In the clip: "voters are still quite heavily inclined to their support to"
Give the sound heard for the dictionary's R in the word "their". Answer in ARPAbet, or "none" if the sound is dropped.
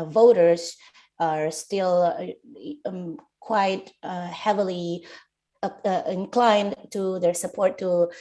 R